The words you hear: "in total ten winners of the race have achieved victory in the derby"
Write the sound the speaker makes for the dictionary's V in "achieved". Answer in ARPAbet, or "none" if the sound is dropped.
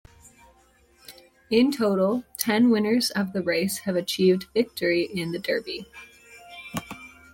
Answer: V